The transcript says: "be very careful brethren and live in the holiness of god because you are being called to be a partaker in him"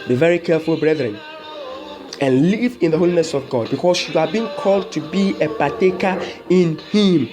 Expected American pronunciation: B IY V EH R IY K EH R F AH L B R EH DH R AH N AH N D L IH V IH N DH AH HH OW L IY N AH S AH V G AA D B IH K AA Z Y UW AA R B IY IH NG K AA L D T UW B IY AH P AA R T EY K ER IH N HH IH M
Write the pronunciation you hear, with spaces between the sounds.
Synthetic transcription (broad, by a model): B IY V EH R IY K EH F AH L B R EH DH R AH N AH N L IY V IH N DH AH HH OW L IY N AH S AH V G AA D B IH K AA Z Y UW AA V B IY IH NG K AA L D T UW B IY AH P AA T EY K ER IH N HH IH M